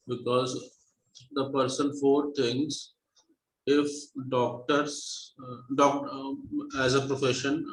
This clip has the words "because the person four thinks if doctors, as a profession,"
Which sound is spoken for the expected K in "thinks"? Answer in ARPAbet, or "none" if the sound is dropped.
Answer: none